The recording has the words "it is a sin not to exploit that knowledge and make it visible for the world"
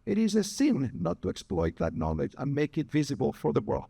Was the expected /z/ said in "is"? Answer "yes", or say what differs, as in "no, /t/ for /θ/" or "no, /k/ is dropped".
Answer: yes